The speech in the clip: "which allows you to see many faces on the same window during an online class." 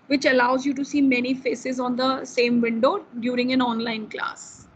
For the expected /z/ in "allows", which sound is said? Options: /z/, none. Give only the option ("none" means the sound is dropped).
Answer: /z/